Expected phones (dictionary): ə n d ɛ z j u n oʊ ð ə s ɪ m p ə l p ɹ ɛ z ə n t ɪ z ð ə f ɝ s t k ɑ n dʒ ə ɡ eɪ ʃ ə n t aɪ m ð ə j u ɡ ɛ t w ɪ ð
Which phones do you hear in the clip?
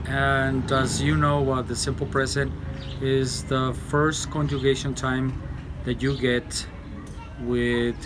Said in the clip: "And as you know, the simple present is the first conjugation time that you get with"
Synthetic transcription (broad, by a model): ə n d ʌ z j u n oʊ ð ə s ɪ m p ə l p ɹ ɛ z ə n t ɪ z ð ə f ɝ s t k ɑ n dʒ ə ɡ eɪ ʃ ə n t aɪ m ð ə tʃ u ɡ ɛ t w ɪ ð